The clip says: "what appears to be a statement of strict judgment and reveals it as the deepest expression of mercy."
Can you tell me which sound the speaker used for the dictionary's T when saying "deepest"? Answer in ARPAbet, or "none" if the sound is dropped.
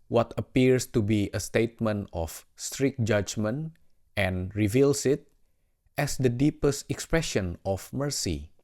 T